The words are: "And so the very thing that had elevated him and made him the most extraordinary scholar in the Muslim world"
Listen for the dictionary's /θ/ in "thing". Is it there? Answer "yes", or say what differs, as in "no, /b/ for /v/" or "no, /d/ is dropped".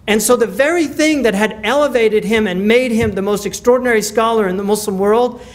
yes